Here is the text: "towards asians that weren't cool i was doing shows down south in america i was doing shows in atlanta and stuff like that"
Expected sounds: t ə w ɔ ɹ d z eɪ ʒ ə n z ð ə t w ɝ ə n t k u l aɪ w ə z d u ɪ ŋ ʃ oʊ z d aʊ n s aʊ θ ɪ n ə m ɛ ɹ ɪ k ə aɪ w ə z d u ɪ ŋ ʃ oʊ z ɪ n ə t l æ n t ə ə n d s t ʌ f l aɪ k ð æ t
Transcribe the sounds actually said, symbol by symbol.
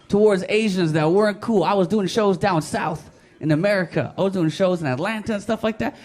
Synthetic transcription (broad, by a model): t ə w ɔ ɹ d z eɪ ʒ ə n z ð ə t w ɝ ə n k u l aɪ w ə z d u ɪ ŋ ʃ oʊ z d aʊ n s aʊ θ ɪ n ə m ɛ ɹ ɪ k ə aɪ w ə z d u ɪ ŋ ʃ oʊ z ɪ n ə t l æ n t ə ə n s t ʌ f l aɪ k ð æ t